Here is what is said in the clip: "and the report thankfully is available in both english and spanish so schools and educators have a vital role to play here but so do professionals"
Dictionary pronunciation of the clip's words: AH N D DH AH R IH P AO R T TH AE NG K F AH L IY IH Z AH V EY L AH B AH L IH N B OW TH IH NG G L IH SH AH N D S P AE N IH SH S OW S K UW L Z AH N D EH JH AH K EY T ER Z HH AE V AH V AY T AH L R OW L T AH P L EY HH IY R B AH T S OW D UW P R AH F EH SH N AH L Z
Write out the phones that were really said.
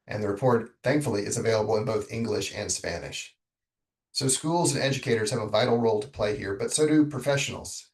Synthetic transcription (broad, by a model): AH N DH AH R IH P AO R T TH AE NG K F L IY IH Z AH V EY L AH B L IH N B OW TH IH NG G L IH SH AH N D S P AE N IH SH S OW S K UW L Z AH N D EH JH AH K EY T ER Z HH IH V AH V AY T L R OW L T AH P L EY HH IY R B AH T S OW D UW P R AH F EH SH N L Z